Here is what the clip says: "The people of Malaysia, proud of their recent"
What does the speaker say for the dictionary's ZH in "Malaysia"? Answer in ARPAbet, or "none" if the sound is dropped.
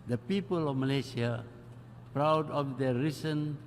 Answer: S